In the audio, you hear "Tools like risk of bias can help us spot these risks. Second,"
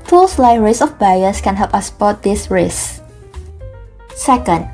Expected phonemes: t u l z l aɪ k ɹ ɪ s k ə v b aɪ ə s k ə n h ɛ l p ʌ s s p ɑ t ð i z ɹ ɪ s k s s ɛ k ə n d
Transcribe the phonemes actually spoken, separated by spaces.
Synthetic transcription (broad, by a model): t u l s l aɪ k ɹ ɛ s ə f b aɪ ə s k ə n h ɛ l p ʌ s s p ɑ t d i s ɹ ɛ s s s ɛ k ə n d